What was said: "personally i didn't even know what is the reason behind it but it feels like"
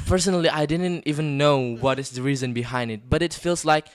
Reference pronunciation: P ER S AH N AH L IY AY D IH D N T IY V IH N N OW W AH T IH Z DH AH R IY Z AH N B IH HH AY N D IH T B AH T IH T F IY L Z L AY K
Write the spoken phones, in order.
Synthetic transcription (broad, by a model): P ER S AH N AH L IY AY D IH D N T IY V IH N N OW W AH T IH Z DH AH R IY Z AH N B IH HH AY N D IH T B AH T IH T F IY L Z L AY K